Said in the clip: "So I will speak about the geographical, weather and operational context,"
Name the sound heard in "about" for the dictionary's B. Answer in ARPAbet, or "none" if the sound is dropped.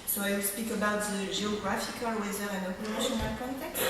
B